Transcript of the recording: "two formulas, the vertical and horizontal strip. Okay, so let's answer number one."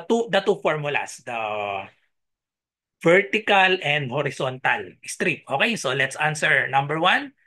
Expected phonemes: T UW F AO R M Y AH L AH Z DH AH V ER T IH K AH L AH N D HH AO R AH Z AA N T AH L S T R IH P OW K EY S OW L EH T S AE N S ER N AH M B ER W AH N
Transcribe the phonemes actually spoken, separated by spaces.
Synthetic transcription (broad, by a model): T UW F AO R M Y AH L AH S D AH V ER T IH K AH L AH N D HH AO R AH S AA N T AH L S T R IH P OW K EY S OW L EH T S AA N S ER N AH M B ER W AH N